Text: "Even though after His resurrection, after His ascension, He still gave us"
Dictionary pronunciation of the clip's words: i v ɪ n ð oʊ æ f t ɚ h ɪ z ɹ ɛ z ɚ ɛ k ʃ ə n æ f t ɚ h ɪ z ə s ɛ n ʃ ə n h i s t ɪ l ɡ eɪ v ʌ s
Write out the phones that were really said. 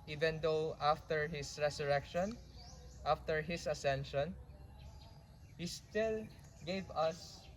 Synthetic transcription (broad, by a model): i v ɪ n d oʊ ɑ f t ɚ h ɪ s ɹ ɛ s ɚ ɛ k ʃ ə n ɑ f t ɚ h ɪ s ə s ɛ n ʃ ə n h i s t ɪ l ɡ eɪ v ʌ s